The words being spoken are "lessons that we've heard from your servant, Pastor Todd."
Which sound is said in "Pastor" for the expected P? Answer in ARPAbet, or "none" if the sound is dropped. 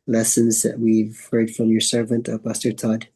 B